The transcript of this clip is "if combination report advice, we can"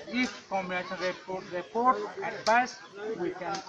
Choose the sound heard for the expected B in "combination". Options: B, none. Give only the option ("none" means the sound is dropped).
none